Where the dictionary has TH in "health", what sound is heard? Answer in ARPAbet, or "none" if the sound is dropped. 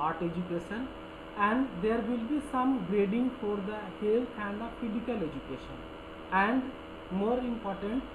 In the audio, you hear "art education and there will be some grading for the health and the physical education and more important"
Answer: T